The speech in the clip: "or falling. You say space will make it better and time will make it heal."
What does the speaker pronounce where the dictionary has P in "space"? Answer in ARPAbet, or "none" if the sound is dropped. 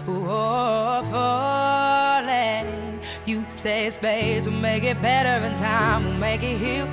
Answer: B